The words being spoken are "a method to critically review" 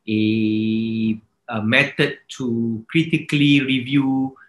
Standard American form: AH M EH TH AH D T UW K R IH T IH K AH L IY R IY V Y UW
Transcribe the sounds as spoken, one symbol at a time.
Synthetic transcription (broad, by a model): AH M EH T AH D T UW K R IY T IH K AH L IY R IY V Y UW